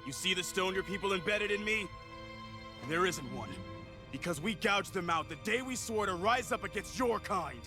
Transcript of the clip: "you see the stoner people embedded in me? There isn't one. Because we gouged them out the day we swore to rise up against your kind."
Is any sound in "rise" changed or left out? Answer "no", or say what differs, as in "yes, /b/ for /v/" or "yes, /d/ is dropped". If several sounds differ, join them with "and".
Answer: no